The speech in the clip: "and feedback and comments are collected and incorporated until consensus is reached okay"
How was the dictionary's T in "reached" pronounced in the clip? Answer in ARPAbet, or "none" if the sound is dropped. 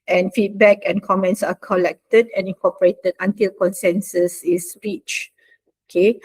none